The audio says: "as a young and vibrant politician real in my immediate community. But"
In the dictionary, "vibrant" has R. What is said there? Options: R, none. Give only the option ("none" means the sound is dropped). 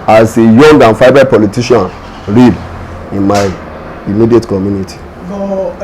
none